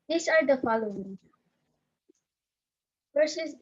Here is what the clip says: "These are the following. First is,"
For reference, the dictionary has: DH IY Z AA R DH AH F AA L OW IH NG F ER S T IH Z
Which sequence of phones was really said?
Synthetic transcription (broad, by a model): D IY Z AA R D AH F AA L OW IH NG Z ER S IH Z